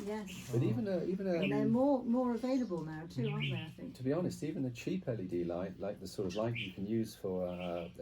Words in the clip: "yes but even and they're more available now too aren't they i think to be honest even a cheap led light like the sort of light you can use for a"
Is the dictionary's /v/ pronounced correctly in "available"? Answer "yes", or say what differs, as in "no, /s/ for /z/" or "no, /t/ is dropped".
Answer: yes